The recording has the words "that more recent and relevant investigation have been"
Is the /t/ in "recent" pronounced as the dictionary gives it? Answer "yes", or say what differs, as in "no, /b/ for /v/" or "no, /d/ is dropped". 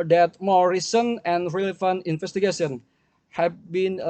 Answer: no, /t/ is dropped